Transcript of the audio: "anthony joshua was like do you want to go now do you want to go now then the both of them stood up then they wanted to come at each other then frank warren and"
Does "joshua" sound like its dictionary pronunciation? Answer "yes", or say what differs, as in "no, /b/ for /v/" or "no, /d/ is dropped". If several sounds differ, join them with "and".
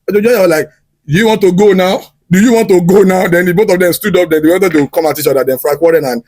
no, /ʃ/ is dropped